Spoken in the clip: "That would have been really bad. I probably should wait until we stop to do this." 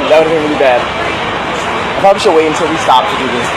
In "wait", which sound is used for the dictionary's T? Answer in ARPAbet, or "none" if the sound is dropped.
none